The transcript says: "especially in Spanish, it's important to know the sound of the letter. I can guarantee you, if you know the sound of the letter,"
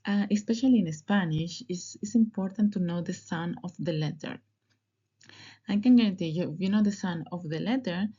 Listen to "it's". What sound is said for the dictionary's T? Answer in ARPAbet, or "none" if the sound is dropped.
S